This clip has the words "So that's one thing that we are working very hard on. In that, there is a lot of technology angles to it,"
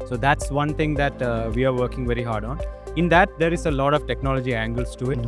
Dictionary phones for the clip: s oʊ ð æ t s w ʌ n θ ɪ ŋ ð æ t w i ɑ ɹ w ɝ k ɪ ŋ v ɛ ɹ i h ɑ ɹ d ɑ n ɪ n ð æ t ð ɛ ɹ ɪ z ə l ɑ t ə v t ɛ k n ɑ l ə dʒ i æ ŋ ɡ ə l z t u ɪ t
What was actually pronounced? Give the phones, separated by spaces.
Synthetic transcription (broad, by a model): s oʊ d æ t s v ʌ n t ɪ ŋ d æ t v i ɑ ɹ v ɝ k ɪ ŋ v ɛ ɹ i h ɑ ɹ d ɑ n ɪ n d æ t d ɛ ɹ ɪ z ə l ɑ t ə v t ɛ k n ɑ l ə dʒ i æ ŋ ɡ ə l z t u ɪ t